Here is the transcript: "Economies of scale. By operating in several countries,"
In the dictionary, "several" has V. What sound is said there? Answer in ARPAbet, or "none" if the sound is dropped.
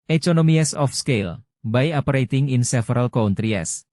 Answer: F